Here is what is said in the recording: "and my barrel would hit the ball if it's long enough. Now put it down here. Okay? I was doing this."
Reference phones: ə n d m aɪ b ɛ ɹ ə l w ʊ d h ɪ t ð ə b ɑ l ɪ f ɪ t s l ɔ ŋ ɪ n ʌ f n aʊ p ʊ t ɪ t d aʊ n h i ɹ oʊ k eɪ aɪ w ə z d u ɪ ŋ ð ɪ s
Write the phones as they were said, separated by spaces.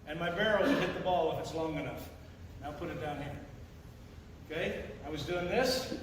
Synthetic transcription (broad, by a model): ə n m aɪ b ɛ ɹ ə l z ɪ h ɪ t ð ə b ɑ l ɪ f ɪ t s l ɔ ŋ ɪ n ʌ f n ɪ p ʊ t ɪ t d aʊ n h i ɹ oʊ k eɪ aɪ w ə z d u ɪ ŋ ð ɪ s